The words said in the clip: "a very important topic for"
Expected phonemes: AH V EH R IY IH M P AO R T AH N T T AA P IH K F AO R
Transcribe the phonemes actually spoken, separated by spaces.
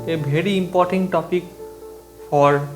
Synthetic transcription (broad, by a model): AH B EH R IY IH M P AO R T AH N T T AA P IH K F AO R